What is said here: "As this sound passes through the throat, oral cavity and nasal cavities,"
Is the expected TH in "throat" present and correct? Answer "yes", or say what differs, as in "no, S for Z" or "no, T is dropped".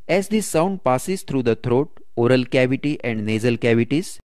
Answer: no, T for TH